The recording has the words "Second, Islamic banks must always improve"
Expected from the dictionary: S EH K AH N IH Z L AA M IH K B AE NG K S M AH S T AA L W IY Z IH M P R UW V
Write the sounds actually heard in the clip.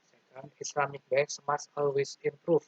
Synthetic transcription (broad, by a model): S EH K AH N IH S L AA M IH K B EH K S M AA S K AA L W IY S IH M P R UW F